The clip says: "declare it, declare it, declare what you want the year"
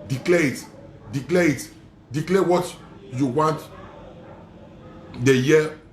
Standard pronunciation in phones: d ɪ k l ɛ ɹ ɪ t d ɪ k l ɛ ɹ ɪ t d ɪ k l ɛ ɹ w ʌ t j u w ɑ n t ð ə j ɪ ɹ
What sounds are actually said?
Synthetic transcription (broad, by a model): d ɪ k l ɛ ɪ t d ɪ k l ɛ ɪ t d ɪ k l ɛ w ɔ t j u w ɑ n t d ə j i